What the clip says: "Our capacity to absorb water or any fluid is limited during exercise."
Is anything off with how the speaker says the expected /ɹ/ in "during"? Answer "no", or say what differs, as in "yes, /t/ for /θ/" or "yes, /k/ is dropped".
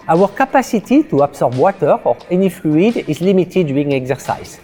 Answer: yes, /ɹ/ is dropped